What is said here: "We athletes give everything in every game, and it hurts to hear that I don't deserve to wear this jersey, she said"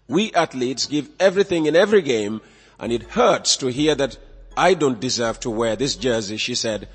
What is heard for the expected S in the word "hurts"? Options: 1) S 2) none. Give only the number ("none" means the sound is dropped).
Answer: 1